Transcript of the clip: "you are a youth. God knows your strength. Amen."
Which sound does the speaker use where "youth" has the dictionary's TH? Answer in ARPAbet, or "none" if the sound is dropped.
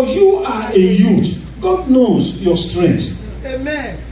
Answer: T